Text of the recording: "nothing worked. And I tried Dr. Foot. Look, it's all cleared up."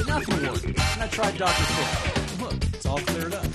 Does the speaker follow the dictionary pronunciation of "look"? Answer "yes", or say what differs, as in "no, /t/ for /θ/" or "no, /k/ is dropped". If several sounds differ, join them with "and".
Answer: no, /k/ is dropped